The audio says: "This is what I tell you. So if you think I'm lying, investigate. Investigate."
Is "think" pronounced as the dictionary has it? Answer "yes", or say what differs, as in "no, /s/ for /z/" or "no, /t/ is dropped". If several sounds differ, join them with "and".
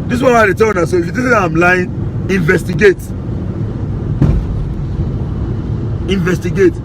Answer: no, /t/ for /θ/